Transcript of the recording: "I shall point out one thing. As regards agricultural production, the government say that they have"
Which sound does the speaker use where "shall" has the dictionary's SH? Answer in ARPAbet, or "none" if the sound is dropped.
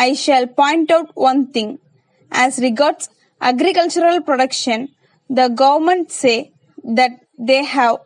SH